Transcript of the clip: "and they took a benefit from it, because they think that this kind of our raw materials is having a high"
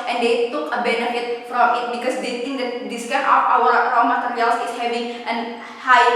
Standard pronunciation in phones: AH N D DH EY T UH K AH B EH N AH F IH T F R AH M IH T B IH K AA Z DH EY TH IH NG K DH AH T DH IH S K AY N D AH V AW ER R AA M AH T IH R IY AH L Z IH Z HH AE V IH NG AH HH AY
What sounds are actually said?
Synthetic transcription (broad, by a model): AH N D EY T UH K AH B EH N AH F IH T F R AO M IH T B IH K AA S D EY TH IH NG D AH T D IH S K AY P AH P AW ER R AA M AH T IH R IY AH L S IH S HH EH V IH NG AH HH AY